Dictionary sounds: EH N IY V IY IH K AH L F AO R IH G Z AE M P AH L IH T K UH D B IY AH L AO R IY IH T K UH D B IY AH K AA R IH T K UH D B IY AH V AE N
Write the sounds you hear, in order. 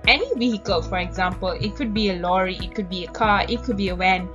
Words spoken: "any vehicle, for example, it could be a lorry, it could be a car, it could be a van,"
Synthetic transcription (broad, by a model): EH N IY W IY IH K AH L F AO R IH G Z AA M P AH L IH T K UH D B IY AH L AO R IY IH T K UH D B IY AH K AA IH T K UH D B IY AH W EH N